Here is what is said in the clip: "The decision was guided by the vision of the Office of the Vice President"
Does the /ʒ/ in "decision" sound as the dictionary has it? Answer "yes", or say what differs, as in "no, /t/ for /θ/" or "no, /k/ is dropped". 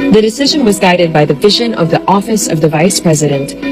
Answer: yes